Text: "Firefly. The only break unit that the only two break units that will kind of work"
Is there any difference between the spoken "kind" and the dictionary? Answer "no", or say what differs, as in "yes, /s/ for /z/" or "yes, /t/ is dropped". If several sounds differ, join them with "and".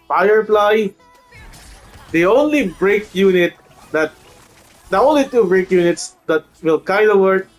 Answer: yes, /n/ is dropped